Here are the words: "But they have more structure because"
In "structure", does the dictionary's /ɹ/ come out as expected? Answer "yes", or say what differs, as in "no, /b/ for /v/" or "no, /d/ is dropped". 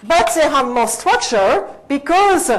no, /w/ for /ɹ/